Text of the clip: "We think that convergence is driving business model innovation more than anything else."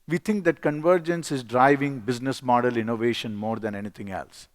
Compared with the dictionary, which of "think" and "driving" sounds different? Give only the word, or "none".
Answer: think